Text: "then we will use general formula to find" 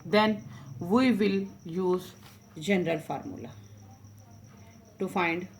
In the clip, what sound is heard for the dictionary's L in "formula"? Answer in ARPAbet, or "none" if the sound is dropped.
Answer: L